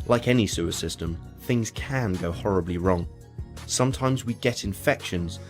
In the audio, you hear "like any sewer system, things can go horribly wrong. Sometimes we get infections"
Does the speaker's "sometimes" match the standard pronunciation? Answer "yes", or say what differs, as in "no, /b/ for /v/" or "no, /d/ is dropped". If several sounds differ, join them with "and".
yes